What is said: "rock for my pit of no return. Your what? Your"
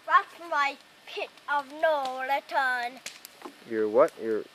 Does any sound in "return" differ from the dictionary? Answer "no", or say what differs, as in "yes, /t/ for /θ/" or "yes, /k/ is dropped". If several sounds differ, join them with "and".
yes, /l/ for /ɹ/